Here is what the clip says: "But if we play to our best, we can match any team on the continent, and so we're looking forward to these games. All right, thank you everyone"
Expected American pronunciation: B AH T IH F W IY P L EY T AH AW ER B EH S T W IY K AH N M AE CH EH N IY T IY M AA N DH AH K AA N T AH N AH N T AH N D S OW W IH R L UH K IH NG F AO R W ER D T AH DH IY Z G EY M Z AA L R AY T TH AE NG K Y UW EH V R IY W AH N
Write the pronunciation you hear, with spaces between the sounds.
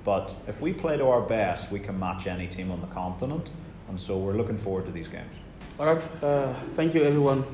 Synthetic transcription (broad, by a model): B AH T IH F W IY P L EY T AH AW ER B EH S T W IY K AH N M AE CH EH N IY T IY M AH N DH AH K AA N T AH N AH N T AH N S OW W IH R L UH K IH NG F AO R W ER D T AH DH IY Z G EY M Z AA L R AY T TH AE NG K Y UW EH V R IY W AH N